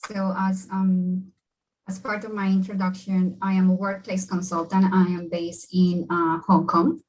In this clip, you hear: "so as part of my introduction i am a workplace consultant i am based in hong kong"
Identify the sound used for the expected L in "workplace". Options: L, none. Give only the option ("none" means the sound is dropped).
L